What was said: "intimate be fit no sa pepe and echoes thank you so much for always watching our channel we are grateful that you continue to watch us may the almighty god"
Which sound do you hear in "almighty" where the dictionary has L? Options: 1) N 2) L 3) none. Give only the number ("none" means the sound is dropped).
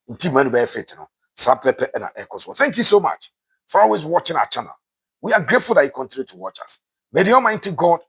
3